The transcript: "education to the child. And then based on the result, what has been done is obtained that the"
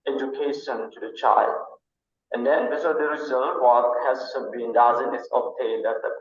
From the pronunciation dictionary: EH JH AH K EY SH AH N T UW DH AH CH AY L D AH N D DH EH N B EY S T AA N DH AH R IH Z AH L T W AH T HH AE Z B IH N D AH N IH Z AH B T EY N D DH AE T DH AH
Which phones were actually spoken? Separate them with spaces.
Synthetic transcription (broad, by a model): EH JH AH K EY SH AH N T UW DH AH CH AY L D AH N D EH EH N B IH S AA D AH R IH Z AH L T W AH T HH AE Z B IH N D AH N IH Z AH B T EY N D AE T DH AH